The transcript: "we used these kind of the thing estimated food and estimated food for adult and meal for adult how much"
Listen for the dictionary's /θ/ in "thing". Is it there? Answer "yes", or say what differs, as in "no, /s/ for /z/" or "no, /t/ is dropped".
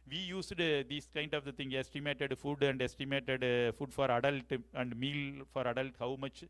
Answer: no, /t/ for /θ/